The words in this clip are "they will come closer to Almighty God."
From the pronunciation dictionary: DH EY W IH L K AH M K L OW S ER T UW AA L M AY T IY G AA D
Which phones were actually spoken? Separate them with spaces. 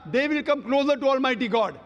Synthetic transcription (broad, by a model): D EY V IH L K AH M K L OW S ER T UW AA L M AY T IY G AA D